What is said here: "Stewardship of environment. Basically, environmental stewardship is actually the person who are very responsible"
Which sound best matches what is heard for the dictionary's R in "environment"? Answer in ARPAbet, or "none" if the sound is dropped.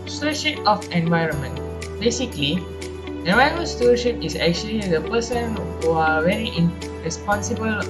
R